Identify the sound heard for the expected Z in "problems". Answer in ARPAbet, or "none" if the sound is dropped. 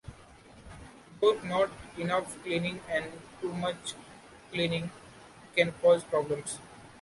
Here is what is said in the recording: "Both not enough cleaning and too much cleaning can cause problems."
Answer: S